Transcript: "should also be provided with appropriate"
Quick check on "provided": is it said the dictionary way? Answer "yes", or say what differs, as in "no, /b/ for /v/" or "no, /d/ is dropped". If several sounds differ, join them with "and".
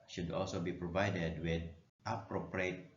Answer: yes